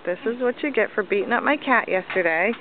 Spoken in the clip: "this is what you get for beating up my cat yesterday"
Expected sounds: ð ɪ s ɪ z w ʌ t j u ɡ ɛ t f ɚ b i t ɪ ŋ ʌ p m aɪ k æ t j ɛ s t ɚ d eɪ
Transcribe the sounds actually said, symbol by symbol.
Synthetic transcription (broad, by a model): ð ɪ s ɪ z w ʌ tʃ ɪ ɡ ɛ t f ɚ b i t ɪ ŋ ʌ p m aɪ k æ t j ɛ s t ɚ d eɪ